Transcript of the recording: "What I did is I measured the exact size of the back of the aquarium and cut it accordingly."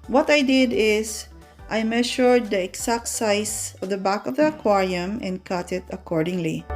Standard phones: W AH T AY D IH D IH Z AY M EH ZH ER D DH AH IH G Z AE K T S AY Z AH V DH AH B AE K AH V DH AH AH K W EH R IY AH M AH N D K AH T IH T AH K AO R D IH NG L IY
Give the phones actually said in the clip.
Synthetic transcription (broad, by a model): W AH T AY D IH D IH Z AY M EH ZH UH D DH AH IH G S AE K T S AY S AH V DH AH B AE K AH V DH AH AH K W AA R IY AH M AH N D K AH T IH T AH K AO R D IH NG L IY